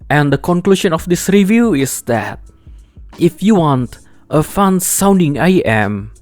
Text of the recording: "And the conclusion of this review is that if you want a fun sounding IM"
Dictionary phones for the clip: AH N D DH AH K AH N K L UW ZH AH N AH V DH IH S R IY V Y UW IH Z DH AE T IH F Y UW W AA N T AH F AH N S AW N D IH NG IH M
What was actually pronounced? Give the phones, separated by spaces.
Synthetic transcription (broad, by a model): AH N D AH K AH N K L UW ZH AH N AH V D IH S R IY V Y UW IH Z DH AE T IH F Y UW W AA N T AH F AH N S AW N D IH NG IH M